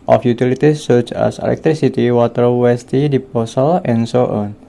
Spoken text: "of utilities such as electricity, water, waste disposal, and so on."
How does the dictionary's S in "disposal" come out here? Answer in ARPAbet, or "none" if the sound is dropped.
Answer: none